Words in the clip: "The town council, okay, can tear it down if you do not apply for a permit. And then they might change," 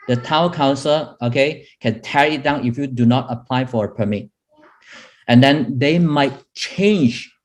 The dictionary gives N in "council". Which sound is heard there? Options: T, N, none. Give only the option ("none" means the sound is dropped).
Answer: N